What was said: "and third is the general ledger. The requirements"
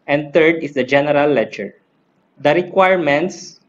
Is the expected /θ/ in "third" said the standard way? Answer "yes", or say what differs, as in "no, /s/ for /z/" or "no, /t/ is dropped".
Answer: no, /t/ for /θ/